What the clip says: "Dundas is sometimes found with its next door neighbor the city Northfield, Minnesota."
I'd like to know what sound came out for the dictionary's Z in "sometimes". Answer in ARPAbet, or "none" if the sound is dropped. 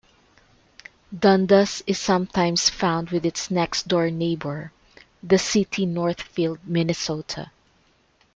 S